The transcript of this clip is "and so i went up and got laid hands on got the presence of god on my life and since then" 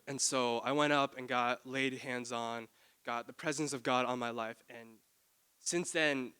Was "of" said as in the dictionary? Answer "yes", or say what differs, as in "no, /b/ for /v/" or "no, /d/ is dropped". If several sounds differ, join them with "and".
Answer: yes